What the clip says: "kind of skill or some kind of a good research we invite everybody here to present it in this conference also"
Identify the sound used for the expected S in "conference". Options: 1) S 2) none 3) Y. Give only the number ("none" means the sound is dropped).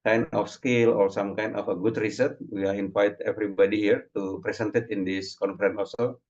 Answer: 2